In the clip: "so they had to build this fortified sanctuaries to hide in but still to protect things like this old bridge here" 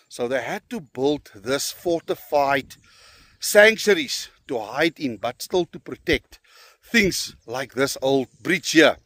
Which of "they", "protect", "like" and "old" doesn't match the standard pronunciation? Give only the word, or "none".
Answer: none